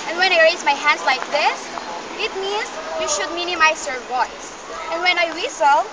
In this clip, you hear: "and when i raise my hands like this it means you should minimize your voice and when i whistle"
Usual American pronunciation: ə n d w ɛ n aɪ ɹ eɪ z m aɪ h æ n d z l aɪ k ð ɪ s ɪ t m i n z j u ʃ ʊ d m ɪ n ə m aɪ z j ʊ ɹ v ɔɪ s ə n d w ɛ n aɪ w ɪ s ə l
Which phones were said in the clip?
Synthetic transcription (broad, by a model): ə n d w ɛ n aɪ ɹ eɪ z m aɪ h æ n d s l aɪ k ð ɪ s ɪ t m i n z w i ʃ ʊ d m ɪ n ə m aɪ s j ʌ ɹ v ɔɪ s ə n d w ɛ n aɪ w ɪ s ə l